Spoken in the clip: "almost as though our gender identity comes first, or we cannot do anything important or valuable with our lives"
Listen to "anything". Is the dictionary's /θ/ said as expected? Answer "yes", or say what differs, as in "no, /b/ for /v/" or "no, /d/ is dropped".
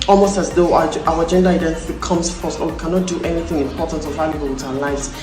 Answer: yes